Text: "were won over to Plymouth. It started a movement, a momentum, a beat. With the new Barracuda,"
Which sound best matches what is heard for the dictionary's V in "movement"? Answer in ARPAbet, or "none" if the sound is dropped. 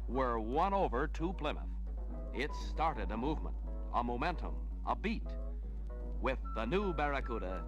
V